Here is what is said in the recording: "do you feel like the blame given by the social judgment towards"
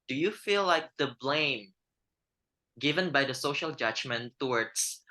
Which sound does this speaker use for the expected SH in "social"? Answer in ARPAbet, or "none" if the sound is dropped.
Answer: SH